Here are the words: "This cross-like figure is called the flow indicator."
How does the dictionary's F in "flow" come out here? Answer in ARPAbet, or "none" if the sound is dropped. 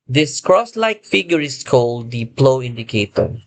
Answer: P